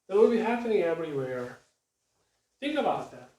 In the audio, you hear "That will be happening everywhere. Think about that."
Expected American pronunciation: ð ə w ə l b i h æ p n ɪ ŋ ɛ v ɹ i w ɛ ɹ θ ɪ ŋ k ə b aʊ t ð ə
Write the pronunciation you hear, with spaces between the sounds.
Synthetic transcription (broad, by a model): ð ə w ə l b i h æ f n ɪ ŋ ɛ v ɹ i w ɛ ɹ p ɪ k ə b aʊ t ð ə